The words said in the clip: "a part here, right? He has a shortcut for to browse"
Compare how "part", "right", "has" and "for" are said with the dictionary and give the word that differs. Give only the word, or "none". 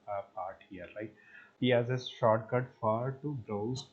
right